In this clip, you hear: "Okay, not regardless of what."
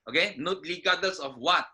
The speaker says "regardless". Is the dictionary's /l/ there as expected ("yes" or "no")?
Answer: no